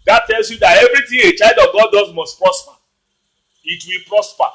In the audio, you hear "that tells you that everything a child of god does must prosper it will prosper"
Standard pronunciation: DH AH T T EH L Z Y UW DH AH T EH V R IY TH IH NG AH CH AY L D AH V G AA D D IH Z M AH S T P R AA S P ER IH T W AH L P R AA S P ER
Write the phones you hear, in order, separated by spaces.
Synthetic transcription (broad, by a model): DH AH T T EH L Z Y UW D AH T EH V R IY T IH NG AH CH AY L D AH V G AA D D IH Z M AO S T P R AA S P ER IH T W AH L P R AA S P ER